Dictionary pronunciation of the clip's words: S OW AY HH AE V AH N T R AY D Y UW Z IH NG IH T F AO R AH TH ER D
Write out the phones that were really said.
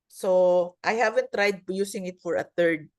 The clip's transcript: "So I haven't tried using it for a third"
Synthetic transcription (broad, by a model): S OW AY HH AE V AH N T R AY D Y UW S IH NG IH T F AO R AH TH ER D